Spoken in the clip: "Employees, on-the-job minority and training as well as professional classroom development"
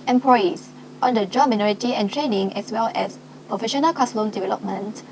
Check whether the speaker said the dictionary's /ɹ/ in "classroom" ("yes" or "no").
no